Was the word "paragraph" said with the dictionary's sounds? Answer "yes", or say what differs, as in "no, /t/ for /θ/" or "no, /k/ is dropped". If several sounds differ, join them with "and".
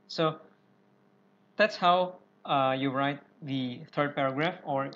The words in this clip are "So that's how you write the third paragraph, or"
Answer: yes